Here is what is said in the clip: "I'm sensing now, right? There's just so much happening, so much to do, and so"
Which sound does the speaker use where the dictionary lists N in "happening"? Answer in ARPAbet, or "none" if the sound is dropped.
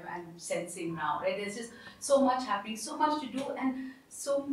none